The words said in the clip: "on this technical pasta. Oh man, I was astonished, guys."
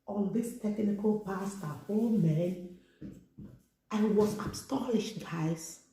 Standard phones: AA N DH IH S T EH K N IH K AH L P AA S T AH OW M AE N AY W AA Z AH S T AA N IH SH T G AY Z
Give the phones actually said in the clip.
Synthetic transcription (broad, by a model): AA N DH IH S T EH K N IH K AH L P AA S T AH OW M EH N AY W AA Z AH S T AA L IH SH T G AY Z